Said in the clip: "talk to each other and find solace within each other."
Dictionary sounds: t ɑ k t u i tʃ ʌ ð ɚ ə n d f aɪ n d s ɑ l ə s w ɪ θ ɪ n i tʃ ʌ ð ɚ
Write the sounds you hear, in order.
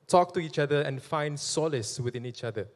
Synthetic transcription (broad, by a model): t ɑ k t u i tʃ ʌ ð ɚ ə n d f aɪ n d s ɑ l ə s w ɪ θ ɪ n i tʃ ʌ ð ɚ